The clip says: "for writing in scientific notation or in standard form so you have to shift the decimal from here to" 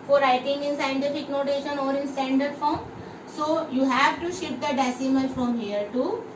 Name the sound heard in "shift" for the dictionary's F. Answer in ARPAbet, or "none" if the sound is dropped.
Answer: none